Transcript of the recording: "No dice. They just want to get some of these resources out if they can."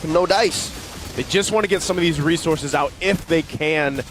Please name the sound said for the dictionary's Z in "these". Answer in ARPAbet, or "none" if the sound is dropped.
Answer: Z